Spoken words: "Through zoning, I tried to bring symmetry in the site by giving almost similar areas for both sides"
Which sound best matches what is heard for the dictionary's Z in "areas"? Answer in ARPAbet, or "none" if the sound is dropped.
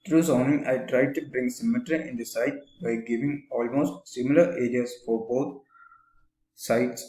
S